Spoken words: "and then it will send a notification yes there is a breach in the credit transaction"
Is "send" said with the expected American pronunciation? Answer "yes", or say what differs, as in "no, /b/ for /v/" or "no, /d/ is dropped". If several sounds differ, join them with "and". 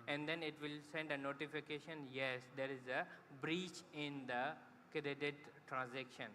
yes